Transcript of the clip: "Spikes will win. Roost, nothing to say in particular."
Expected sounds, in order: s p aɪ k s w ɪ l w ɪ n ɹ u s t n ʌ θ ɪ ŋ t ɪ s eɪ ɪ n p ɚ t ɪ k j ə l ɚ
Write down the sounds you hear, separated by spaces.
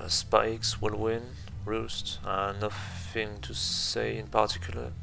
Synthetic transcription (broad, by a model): s p aɪ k s w ɪ l w ɪ n ɹ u s t n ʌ f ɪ ŋ t ɪ s eɪ ɪ n p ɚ t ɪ k j l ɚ